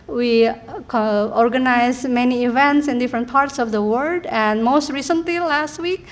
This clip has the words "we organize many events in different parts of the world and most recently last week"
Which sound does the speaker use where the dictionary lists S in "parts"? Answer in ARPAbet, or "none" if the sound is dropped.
S